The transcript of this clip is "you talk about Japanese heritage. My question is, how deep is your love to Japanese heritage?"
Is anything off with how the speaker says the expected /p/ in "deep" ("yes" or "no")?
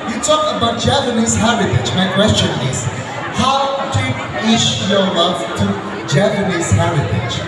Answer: yes